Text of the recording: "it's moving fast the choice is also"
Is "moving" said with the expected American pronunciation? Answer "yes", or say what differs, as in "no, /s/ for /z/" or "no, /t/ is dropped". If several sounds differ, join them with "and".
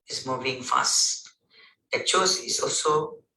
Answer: yes